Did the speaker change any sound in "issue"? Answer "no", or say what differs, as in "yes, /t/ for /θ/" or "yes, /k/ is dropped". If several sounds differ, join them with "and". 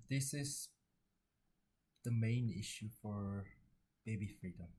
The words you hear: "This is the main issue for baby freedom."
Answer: no